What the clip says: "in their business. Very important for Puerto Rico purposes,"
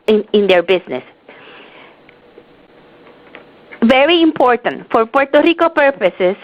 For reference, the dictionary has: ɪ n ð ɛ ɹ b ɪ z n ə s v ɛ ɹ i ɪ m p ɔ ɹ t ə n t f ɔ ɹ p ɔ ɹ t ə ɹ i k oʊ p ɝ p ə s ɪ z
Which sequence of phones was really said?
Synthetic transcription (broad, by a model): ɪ n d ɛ ɹ b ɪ s n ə s v ɛ ɹ i ɪ m p ɔ ɹ t ə n t f ɔ ɹ p ɔ ɹ t ə ɹ i k oʊ p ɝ p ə s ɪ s